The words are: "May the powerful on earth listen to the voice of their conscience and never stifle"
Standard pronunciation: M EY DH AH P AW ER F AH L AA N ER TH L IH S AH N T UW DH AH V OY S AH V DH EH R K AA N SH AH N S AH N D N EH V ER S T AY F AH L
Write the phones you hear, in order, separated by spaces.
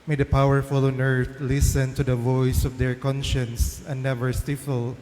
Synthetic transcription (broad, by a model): M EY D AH P AW ER F AH L AA N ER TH L IH S AH N T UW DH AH V OY S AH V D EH R K AA N SH AH N S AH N N EH V ER S T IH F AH L